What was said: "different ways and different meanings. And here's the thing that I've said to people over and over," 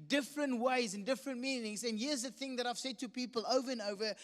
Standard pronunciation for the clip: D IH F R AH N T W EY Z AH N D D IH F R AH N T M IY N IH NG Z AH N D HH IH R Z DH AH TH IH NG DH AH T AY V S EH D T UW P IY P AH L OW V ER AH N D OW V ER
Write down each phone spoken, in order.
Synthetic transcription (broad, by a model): D IH F R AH N T W EY Z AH N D D IH F R AH N T M IY N IH NG Z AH N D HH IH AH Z DH AH TH IH NG DH AH T AY V S EH D T UW P IY P AH L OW V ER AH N OW V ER